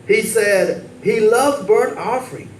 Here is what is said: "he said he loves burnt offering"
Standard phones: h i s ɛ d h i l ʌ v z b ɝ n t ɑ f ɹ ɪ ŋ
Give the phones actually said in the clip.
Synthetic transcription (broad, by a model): h i s ɛ d h i l ʌ v b ɝ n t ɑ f ɹ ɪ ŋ